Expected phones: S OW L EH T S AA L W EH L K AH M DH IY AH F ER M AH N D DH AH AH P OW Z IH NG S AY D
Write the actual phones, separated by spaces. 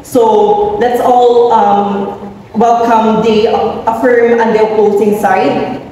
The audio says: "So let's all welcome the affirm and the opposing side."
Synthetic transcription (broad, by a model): S OW L EH T S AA L W EH L K AH M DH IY AH F ER M AH N D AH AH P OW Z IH NG S AY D